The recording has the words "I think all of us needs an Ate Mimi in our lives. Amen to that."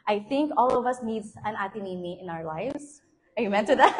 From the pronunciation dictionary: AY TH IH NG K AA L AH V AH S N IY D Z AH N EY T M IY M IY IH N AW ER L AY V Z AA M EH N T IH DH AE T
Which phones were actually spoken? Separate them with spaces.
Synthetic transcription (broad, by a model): AY TH IH NG K AA L AH V AH S N IY D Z AH N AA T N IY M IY IH N AW ER L AY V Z AA M EH N T IH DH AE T